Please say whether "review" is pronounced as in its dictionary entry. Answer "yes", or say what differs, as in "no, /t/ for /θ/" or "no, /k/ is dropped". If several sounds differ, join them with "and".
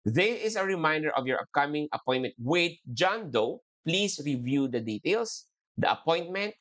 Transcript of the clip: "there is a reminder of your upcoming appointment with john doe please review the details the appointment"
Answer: yes